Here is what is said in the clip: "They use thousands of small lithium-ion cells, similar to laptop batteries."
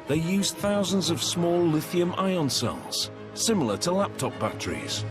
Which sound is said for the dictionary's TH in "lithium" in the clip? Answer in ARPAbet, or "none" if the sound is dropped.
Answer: TH